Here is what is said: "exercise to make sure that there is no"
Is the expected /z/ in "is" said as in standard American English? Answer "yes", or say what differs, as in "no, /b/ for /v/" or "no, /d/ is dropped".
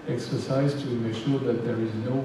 yes